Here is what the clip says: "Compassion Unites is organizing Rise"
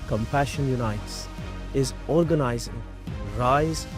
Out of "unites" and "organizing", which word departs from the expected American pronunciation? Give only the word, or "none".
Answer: none